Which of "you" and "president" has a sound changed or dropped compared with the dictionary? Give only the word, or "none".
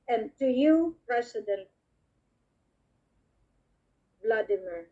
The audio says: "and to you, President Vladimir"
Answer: president